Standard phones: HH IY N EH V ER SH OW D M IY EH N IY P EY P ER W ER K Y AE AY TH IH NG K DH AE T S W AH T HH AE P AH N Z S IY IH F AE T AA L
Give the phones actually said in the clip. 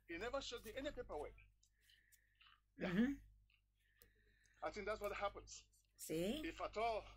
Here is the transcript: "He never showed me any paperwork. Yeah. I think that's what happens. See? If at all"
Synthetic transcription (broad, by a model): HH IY N EH V ER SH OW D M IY EH N IY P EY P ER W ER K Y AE AY TH IH NG K DH AE T S W AH T HH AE P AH N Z S IY IH F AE T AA L